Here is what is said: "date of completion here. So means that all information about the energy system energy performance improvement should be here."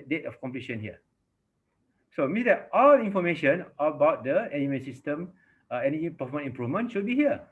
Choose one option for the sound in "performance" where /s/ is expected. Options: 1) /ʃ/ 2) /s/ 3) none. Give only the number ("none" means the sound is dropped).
3